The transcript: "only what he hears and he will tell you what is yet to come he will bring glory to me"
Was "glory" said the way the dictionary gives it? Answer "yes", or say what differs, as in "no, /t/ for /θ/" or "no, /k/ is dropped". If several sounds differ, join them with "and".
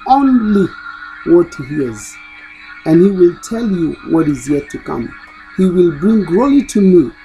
no, /l/ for /ɹ/